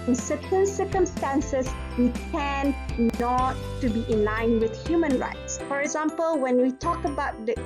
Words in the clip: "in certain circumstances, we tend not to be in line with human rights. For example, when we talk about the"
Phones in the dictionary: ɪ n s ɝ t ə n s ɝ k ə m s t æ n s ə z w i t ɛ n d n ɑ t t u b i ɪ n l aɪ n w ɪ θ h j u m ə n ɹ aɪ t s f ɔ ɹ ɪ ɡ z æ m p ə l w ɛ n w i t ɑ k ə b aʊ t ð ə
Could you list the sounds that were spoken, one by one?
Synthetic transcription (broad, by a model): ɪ n s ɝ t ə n s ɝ k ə m s t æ n s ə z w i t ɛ n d n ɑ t t u b i ɪ n l aɪ n w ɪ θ h j u m ə n ɹ aɪ t s f ɔ ɹ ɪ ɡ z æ m p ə l w ɛ n w i t ɑ k ə b aʊ t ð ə